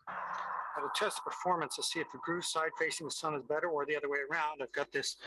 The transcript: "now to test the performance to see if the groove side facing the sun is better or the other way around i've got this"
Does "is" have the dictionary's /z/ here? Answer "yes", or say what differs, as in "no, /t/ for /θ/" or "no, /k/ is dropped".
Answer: yes